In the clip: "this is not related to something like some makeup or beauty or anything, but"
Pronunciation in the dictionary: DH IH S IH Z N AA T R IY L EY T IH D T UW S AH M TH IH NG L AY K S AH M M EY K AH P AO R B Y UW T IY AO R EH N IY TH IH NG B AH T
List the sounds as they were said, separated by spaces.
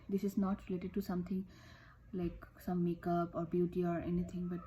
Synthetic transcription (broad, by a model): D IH S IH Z N AA T R IY L EY T IH D T UW S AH M T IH NG L AY K S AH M M EY K AH P AO R B Y UW T IY AO R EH N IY T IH NG B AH T